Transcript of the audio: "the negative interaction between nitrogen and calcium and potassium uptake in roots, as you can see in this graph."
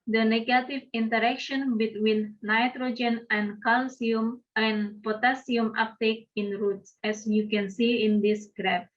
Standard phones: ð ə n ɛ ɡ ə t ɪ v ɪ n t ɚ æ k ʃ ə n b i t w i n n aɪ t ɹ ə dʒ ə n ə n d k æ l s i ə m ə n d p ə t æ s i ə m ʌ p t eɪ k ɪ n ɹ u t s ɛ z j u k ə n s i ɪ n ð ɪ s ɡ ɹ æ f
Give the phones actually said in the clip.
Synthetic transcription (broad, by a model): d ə n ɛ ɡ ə t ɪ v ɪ n t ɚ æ k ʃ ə n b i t w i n n aɪ t ɹ ə dʒ ə n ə n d k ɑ l s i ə m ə n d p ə t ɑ s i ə m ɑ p t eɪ k ɪ n ɹ u t s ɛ s j u k ə n s i ɪ n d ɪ s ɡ ɹ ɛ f